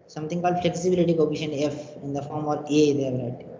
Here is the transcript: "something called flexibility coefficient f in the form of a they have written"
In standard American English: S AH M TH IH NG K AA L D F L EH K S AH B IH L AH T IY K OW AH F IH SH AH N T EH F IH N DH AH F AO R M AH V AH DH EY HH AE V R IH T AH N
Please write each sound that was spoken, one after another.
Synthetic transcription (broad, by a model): S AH M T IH NG K AA L D F L EH K S AH B IH L AH T IY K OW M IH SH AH N EH F IH N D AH F AO R M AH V AH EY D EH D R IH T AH